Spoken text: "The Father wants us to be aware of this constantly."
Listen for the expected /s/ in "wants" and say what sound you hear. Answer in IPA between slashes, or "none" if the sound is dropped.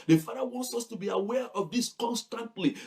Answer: /s/